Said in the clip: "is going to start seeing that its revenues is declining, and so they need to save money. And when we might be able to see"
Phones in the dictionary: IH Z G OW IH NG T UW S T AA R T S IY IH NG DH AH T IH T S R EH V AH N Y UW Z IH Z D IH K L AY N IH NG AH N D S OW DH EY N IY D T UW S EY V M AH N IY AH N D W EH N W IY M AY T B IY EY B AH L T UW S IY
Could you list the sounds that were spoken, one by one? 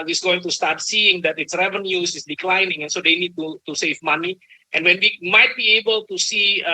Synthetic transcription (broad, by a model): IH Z G OW IH NG T UW S T AA R T S IY IH NG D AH T IH T S R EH V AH N Y UW S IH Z D IH K L AY N IH NG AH N S OW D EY N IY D T UW S EY V M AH N IY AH N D W EH N W IY M AY T B IY EY B AH L T UW S IY